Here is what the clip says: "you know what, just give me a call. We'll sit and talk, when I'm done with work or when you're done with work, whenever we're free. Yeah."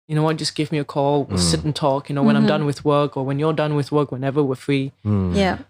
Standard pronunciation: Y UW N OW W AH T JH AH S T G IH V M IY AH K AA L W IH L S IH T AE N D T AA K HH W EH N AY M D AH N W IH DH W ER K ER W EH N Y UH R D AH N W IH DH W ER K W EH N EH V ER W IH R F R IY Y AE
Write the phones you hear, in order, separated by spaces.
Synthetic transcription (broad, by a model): Y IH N OW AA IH JH AH S G IH V M IY AH K AA L W IH L S IH T N T AA K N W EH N AY M D AH N W IH DH W ER K ER W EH N Y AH R D AH N W IH DH W ER K W EH N EH V ER W IH R F R IY Y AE